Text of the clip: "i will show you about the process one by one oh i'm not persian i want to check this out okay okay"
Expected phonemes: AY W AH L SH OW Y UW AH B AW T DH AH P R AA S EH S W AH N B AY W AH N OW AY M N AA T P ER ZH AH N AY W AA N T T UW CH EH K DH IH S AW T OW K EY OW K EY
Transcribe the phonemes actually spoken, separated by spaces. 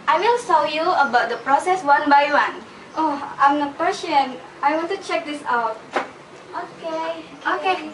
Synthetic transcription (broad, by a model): AY W AH L S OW Y UW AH B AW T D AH P R AA S EH S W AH N B AY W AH N OW AY M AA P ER SH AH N AY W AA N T T UW CH EH K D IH S AW T OW K EY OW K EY